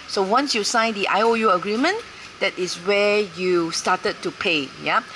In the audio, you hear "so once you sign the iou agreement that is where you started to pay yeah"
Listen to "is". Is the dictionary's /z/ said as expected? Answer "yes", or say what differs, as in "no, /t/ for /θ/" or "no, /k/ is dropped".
no, /s/ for /z/